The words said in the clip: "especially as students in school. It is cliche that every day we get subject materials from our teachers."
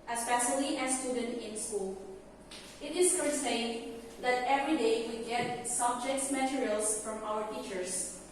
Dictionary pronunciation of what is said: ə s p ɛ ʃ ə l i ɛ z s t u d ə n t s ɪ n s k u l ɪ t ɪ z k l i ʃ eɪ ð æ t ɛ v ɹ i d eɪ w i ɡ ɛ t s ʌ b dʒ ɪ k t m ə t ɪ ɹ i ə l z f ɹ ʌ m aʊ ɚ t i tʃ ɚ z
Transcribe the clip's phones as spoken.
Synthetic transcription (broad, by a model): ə s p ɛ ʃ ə l i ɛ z s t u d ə n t ɪ n s k u l ɪ t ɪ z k i s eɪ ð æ t ɛ v ɹ i d eɪ w i ɡ ɛ t s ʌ b dʒ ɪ k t m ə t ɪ ɹ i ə l s f ɹ ʌ m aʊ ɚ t i tʃ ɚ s